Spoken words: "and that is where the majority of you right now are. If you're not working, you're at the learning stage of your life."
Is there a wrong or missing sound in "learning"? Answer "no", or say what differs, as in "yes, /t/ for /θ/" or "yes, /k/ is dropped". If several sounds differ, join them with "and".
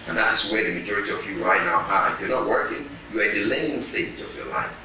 yes, /n/ is dropped